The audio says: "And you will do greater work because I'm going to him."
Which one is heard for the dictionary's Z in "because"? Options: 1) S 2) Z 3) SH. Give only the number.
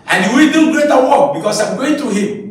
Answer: 1